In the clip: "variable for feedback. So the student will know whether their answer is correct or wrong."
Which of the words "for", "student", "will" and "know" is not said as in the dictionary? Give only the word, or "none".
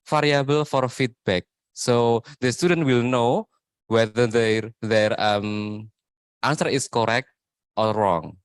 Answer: none